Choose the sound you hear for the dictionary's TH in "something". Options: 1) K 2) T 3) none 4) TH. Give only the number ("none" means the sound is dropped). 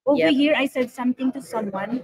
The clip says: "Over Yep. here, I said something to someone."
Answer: 2